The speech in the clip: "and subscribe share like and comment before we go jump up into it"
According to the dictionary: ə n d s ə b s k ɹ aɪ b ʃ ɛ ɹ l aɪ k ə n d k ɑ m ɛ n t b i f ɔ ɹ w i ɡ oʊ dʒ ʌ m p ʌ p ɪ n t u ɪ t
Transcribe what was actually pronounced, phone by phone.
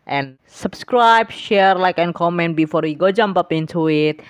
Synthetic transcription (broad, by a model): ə n s ə b s k ɹ aɪ b ʃ ɛ ɹ l aɪ k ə n k ɑ m ɛ n t b i f ɔ ɹ w i ɡ oʊ dʒ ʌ m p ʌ p ɪ n t u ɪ t